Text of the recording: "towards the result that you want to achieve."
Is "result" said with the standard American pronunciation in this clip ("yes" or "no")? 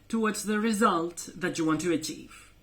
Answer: yes